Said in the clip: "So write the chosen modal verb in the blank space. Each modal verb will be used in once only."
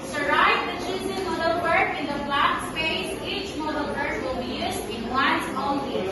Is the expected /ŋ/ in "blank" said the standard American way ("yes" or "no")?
no